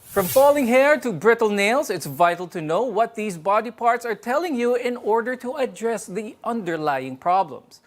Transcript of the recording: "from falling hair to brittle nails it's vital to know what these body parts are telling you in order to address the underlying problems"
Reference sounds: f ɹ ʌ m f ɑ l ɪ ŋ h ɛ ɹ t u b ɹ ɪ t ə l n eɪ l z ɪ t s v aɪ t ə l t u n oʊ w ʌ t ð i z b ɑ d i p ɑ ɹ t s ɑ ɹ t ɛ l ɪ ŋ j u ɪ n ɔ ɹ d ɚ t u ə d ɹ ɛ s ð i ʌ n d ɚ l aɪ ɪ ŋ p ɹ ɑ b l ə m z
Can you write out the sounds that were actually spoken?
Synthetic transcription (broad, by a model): f ɹ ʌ m f ɑ l ɪ ŋ h ɛ ɹ t u b ɹ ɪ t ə l n eɪ l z ɪ t s v aɪ t l t u n oʊ w ʌ t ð i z b ɑ d i p ɑ ɹ t s ɑ ɹ t ɛ l ɪ ŋ j u ɪ n ɔ ɹ d ɚ t u ə d ɹ ɛ s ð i ʌ n d ɚ l aɪ ɪ ŋ p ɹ ɑ b l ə m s